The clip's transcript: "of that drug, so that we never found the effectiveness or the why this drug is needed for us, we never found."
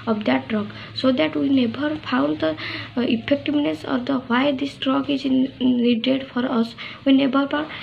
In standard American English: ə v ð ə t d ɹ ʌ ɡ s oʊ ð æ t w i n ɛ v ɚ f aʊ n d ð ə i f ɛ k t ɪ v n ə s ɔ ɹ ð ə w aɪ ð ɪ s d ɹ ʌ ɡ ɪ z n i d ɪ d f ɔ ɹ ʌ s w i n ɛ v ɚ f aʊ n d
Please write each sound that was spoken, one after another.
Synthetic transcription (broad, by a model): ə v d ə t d ɹ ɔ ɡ s oʊ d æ t w i n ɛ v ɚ p aʊ n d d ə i p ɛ k t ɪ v n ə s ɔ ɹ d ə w aɪ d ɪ s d ɹ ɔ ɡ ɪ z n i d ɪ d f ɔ ɹ ʌ s w i n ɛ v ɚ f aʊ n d